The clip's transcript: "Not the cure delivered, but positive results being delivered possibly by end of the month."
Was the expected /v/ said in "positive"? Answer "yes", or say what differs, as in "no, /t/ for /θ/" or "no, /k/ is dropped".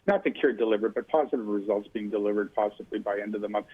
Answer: yes